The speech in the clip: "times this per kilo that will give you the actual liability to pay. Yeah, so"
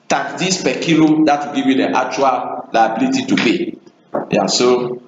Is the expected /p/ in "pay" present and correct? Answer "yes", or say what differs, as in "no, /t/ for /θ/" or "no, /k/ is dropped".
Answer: no, /b/ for /p/